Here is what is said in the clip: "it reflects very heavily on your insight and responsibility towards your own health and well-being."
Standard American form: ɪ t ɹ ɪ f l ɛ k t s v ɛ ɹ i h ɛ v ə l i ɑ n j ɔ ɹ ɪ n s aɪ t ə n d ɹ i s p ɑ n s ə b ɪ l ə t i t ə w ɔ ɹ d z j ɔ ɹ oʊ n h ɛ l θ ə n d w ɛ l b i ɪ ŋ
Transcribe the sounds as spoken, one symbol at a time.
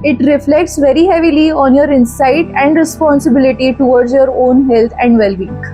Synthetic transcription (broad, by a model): ɪ t ɹ ɪ f l ɛ k t s v ɛ ɹ i h ɛ v ə l i ɑ n j ɔ ɹ ɪ n s aɪ t ə n d ɹ i s p ɑ n s ə b ɪ l ə t i t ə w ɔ ɹ d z j ɔ ɹ oʊ n h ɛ l t ə n d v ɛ l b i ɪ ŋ